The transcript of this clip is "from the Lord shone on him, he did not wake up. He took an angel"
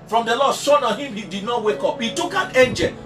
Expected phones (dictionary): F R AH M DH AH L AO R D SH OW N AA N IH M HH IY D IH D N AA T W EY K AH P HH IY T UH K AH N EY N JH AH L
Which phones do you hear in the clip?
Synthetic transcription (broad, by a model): F R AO M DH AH L AO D S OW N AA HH IH M HH IY D IH D N AA T W EY K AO P HH IY T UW K AH N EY N JH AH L